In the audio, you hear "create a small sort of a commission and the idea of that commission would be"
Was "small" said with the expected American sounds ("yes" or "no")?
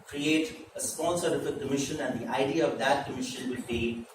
no